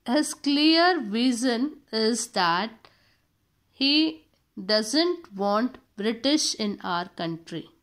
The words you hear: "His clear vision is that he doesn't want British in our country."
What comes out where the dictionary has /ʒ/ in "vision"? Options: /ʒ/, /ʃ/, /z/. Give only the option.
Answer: /z/